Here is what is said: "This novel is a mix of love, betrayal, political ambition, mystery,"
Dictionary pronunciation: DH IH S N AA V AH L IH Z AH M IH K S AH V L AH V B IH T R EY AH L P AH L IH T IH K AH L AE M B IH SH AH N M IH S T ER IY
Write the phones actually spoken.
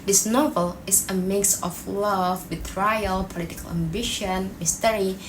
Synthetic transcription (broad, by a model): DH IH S N AA V AH L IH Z AH M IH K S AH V L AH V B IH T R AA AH L P AH L IH T IH K AH L AE M B IH SH AH N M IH S T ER IY